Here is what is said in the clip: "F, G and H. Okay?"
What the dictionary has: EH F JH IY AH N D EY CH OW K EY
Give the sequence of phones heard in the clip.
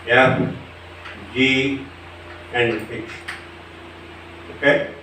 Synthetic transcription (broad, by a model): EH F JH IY AH N D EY S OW K EY